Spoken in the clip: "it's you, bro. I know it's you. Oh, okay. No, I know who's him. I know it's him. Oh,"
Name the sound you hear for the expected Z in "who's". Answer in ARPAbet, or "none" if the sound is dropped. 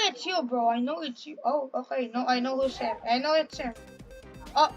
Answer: S